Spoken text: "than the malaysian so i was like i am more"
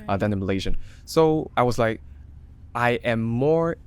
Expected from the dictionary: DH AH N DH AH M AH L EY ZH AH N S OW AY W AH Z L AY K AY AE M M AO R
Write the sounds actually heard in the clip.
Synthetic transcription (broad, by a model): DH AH N DH AH M AH L EY ZH AH N S OW AY W AH Z L AY K AY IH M M AO R